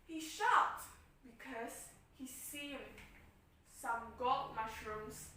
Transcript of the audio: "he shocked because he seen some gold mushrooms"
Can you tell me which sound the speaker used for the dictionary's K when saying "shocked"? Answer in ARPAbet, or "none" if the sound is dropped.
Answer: none